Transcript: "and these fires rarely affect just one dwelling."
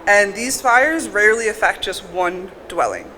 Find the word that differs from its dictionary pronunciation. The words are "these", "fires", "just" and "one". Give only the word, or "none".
none